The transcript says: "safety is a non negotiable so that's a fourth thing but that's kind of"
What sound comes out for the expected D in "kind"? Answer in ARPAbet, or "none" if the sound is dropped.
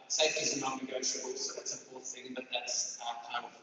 none